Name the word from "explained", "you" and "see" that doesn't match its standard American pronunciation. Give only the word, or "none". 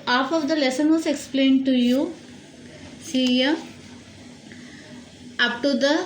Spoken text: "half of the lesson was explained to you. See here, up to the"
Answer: none